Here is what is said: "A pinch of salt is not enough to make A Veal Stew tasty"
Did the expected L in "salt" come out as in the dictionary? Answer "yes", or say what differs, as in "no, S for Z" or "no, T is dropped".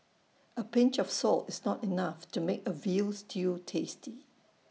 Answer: yes